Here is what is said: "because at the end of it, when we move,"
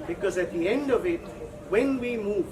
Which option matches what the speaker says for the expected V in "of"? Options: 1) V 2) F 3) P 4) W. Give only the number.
1